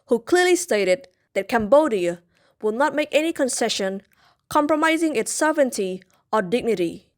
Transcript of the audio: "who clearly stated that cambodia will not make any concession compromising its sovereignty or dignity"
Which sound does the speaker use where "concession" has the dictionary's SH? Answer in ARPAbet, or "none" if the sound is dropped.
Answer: SH